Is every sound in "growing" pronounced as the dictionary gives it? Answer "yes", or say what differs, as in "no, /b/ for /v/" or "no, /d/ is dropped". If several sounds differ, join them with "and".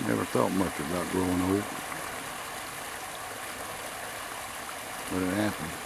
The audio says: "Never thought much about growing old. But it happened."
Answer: no, /ɹ/ is dropped